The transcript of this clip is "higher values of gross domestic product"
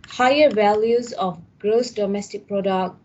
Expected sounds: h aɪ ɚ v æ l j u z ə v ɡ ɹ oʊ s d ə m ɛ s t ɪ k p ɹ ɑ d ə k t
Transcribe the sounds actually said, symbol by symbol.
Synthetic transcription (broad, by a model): h aɪ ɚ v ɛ l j u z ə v ɡ ɹ oʊ s d ə m ɛ s t ɪ k p ɹ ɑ d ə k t